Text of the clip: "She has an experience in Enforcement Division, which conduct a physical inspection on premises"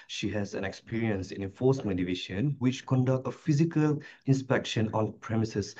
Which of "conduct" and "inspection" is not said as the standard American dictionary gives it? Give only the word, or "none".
none